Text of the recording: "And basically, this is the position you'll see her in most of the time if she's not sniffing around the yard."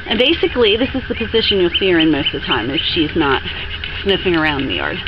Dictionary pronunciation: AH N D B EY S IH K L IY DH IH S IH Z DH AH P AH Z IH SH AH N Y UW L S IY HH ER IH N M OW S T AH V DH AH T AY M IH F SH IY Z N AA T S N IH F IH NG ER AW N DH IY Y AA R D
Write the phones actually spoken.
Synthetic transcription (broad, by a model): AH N B EY S IH K L IY DH IH S IH Z DH AH P AH Z IH SH AH N Y UW L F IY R IH N M OW S T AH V DH AH T AY M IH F SH IY Z N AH T S N IH F IH NG ER AW N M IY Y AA R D